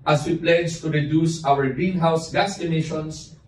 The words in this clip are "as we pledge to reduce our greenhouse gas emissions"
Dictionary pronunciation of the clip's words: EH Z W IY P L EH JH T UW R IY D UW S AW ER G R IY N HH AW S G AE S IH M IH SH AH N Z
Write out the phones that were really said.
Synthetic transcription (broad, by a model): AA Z W IY P L EH JH T UW R IY D UW S AW ER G IY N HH AW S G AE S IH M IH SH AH N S